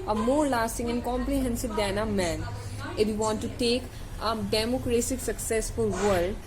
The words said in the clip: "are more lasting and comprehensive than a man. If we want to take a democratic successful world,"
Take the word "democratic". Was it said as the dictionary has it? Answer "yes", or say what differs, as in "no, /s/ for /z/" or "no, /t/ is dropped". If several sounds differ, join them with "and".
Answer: no, /s/ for /t/